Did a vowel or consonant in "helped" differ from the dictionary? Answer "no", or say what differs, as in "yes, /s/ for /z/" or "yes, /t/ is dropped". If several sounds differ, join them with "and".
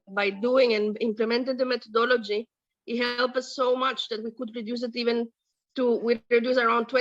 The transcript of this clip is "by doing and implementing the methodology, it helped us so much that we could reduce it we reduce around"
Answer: yes, /t/ is dropped